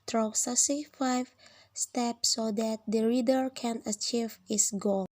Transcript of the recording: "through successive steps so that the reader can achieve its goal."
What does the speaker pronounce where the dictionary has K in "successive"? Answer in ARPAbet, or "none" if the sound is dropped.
none